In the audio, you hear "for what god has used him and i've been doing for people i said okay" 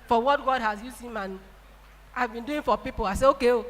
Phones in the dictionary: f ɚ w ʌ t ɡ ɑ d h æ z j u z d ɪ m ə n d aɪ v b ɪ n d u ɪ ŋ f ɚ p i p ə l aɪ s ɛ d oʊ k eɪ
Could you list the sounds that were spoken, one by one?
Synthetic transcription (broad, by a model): f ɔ w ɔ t ɡ ɑ d h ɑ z j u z ɪ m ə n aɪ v b ɪ n d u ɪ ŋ f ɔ p i p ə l aɪ s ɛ oʊ k eɪ